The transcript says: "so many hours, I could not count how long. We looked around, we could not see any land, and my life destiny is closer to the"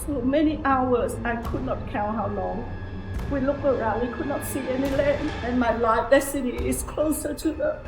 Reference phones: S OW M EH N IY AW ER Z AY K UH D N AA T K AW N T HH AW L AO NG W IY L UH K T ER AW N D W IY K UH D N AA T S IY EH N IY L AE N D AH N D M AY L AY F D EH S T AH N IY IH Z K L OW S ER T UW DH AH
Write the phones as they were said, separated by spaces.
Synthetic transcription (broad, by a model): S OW M EH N IY AW ER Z AY K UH D N AA T K AW N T HH AW L AO NG W IY L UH K ER AW N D W IY K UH D N AA T S IY EH N IY L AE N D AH N M AY L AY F D EH S T AH N IY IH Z K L OW S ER T UW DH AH